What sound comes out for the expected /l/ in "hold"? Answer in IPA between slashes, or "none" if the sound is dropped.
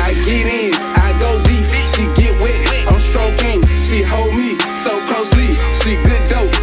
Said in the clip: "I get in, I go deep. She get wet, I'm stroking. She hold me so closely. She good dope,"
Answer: /l/